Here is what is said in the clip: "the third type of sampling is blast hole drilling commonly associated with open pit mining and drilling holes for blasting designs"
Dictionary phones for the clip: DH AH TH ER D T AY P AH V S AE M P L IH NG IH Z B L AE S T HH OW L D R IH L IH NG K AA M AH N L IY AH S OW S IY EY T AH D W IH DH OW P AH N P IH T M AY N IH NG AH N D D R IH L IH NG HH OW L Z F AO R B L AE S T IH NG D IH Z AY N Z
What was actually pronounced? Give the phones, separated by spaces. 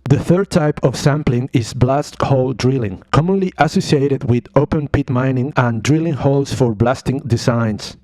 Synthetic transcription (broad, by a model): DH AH TH ER D T AY P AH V S AE M P L IH NG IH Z B L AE S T HH OW L D R IH L IH NG K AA M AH N L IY AH S OW S IY EY T AH D W IH DH OW P AH N P IH T M AY N IH NG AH N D D R IH L IH NG HH OW L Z F AO R B L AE S T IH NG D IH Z AY N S